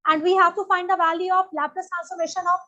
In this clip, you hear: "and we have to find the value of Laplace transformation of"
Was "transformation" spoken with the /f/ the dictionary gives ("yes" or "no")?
no